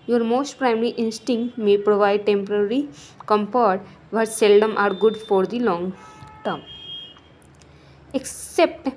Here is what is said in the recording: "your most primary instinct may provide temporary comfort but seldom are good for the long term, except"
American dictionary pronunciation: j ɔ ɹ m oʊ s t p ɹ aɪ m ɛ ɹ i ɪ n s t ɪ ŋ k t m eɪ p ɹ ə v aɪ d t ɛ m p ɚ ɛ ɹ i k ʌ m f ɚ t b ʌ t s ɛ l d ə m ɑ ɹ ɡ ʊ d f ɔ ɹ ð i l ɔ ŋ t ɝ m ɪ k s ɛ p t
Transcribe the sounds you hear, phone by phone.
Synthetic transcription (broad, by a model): j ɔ ɹ m oʊ s t p ɹ aɪ m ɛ ɹ i ɪ n s t ɪ ŋ k t m eɪ p ɹ ə v aɪ d t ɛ m p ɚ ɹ i k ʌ m p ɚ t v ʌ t s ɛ l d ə m ɑ ɹ ɡ ʊ d f ɔ ɹ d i l ɔ ŋ t ɝ m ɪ k s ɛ p t